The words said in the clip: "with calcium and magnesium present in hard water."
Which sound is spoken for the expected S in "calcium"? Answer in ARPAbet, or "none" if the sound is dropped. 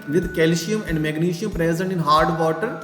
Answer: SH